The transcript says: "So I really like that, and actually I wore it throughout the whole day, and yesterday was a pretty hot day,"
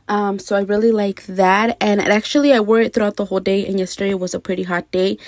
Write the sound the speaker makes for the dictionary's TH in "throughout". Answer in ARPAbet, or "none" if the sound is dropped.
TH